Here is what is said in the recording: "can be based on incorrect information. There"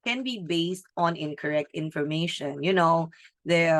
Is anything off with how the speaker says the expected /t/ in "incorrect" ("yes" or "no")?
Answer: no